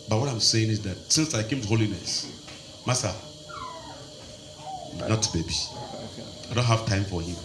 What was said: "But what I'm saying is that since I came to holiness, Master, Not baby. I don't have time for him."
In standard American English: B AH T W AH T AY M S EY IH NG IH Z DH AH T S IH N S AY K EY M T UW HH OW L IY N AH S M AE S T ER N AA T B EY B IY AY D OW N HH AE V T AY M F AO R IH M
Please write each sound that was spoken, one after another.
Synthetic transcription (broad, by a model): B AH T W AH T AY M S EY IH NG IH Z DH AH T S IH N S AY K EY M T UW HH OW L IY N AH S M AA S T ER N AA T B EY B IY AY D OW N HH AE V T AY M F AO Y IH